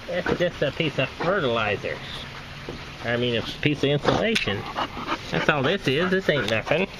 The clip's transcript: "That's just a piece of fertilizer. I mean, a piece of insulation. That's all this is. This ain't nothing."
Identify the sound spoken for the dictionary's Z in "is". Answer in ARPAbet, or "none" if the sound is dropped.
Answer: Z